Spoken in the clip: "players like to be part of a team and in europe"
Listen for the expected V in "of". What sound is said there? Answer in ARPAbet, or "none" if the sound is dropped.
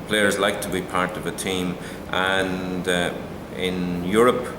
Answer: V